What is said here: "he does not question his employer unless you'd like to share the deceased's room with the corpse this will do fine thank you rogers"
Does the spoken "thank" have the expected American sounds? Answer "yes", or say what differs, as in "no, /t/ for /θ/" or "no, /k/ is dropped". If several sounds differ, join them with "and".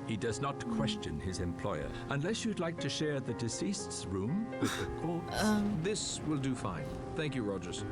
yes